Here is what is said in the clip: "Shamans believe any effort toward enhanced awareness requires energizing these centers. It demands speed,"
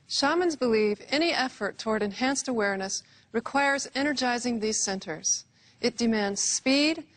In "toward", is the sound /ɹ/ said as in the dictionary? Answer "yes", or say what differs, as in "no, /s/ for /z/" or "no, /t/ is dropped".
yes